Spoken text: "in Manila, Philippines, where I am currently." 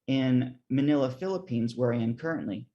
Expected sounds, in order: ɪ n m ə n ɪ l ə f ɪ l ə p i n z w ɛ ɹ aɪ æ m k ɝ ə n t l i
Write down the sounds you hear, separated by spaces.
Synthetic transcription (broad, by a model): ɪ n m ə n ɪ l ə f ɪ l ə p i n z w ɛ ɹ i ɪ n k ɝ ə n t l i